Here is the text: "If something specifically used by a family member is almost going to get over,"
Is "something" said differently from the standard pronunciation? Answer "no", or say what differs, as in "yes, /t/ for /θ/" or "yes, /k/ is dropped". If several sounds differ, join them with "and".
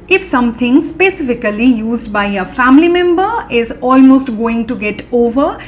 yes, /t/ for /θ/